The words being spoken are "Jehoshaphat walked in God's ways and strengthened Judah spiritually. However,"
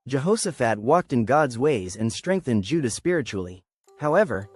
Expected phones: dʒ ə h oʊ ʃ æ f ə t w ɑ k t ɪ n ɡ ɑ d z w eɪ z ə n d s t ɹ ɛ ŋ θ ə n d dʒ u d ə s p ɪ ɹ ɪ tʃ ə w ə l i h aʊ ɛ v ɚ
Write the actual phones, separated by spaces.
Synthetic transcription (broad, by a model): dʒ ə h oʊ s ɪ f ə t w ɑ k t ɪ n ɡ ɑ d z w eɪ z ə n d s t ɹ ɛ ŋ θ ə n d dʒ u d ə s p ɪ ɹ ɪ tʃ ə l i h aʊ ɛ v ɚ